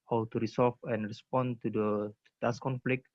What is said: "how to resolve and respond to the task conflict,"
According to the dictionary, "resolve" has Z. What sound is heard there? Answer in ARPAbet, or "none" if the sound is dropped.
S